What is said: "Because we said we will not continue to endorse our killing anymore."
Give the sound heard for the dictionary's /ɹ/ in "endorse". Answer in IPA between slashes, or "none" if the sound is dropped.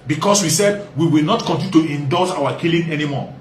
/l/